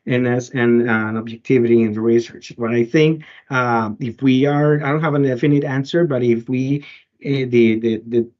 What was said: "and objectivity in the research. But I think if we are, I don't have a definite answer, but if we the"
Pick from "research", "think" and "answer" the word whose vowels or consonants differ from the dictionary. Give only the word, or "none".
none